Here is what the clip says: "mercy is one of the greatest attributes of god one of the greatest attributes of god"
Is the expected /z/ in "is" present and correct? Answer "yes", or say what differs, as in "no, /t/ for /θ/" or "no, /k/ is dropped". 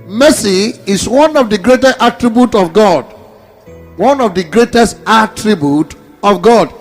no, /s/ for /z/